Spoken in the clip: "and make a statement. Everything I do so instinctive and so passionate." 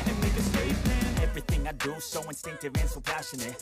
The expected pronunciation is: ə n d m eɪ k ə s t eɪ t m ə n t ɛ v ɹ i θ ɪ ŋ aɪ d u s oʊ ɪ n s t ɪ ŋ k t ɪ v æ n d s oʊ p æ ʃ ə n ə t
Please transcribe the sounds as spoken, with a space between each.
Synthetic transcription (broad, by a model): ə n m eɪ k ə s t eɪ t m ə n ɛ v ɹ i θ ɪ ŋ aɪ d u s oʊ ɪ n s t ɪ ŋ k t ɪ v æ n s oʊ p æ ʃ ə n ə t